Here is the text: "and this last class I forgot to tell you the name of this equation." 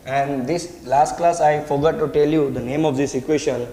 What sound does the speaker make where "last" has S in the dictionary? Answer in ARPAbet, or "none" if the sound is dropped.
S